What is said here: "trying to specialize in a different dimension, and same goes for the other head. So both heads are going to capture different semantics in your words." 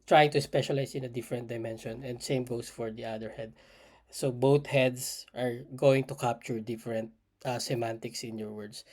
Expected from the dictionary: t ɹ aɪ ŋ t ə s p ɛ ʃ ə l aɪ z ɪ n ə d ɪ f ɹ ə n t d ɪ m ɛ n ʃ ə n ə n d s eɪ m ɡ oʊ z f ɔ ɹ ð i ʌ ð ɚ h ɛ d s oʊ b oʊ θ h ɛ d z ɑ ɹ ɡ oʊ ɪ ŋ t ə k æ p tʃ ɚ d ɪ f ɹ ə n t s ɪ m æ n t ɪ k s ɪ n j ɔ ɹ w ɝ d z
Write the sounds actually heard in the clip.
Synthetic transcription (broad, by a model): t ɹ aɪ t ə s p ɛ ʃ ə l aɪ s ɪ n ə d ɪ f ɹ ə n t d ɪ m ɛ n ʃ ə n ə n d s eɪ m ɡ oʊ s f ɔ ɹ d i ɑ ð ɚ h ɛ d s oʊ b oʊ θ h ɛ d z ɑ ɹ ɡ oʊ ɪ ŋ t ə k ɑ p tʃ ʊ d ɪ f ɹ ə n t s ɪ m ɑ n t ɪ k s ɪ n j ɔ ɹ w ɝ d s